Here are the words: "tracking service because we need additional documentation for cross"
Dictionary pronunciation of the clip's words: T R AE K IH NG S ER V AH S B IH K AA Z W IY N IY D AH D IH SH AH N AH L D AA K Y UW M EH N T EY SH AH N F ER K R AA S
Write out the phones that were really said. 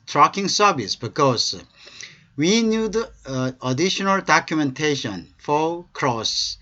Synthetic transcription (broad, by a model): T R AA K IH NG S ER B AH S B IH K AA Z W IY N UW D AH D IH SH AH N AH L D AA K Y UW M EH N T EY SH AH N F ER K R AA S